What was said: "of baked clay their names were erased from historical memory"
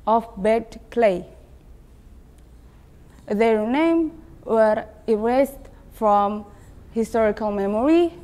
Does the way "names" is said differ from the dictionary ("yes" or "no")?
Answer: yes